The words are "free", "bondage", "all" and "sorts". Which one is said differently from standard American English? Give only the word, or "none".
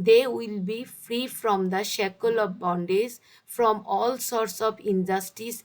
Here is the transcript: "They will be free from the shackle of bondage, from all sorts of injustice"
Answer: bondage